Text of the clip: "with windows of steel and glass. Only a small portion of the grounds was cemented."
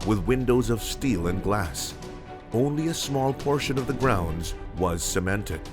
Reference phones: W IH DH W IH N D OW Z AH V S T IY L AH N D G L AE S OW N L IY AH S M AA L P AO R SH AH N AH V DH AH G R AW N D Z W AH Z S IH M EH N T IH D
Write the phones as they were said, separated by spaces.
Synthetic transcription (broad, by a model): W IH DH W IH N D OW Z AH V S T IY L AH N G L AE S OW N L IY AH S M AA L P AO R SH AH N AH V DH AH G R AW N D Z W AH Z S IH M EH N T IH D